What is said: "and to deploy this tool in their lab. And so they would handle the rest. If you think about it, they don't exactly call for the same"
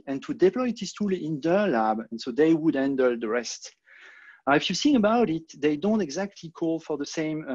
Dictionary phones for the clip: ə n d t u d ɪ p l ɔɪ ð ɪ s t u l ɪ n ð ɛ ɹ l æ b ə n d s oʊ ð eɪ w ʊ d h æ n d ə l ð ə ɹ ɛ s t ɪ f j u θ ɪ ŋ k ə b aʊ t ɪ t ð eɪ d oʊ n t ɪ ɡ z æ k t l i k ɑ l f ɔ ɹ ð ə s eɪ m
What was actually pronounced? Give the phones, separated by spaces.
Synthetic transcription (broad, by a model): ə n t u d ɪ p l ɔɪ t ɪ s t u l ɪ n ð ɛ ɹ l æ b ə n s oʊ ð eɪ w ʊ d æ n d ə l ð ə ɹ ɛ s t ɪ f j u s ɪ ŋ ə b aʊ t ɪ t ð eɪ d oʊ n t ɪ ɡ z æ k t l i k ɑ l f ɔ ɹ ð ə s eɪ m